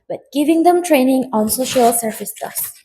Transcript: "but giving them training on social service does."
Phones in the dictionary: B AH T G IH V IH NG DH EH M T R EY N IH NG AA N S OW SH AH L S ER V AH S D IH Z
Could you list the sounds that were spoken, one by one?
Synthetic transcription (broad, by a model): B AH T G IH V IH NG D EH M T R EY N IH NG AA N S OW SH AH L S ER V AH S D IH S